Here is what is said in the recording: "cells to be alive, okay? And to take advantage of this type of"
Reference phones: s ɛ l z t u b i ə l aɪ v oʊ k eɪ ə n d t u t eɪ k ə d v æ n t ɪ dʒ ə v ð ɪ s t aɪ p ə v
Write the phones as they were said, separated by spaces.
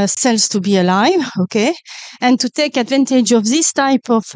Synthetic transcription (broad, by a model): s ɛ l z t u b i ə l aɪ v oʊ k eɪ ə n t u t eɪ k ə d v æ n t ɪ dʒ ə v ð ɪ s t aɪ p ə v